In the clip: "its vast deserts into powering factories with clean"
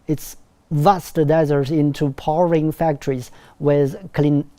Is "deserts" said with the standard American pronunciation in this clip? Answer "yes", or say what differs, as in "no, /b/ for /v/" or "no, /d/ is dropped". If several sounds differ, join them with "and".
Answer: no, /s/ is dropped